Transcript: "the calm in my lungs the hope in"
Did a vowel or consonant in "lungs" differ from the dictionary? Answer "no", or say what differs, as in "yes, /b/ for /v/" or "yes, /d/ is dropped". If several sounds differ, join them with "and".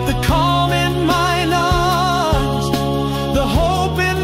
yes, /n/ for /l/ and /ŋ/ is dropped